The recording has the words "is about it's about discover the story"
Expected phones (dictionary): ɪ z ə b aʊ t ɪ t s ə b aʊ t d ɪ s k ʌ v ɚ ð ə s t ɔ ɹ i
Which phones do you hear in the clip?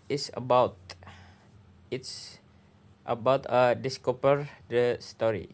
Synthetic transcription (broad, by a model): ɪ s ə b aʊ t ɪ t s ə b aʊ t d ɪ s k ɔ p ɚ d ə s t ɔ ɹ i